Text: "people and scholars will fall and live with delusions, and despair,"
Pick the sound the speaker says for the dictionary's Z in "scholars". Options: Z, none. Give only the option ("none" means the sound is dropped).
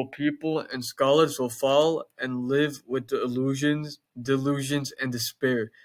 Z